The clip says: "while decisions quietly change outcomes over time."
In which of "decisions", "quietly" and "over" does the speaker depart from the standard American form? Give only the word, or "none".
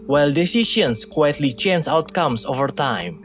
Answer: decisions